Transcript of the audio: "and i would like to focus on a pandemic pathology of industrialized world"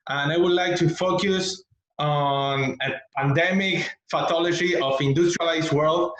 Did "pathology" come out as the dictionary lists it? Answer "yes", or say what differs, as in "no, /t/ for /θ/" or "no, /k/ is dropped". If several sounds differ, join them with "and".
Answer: no, /f/ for /p/ and /t/ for /θ/